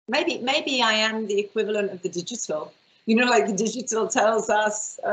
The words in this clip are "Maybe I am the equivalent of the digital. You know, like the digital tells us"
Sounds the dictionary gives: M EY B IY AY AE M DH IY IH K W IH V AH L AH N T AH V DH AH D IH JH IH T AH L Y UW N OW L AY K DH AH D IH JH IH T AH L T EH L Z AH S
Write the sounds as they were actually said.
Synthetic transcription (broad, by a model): M EY B IY AY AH M DH IY IH K W IH V AH L AH N T AH V DH AH D IH JH IH T AH L Y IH N OW L AY K DH AH D IH JH IH T AH L T EH L Z AH S